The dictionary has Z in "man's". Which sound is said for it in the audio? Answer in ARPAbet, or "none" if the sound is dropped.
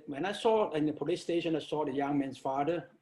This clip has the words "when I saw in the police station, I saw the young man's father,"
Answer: S